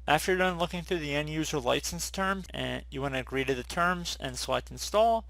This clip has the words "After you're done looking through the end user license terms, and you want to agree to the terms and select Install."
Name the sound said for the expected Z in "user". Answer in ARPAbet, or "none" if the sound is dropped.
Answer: Z